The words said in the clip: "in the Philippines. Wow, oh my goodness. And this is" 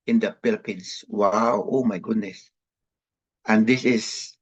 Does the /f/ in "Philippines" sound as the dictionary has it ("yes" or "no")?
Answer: no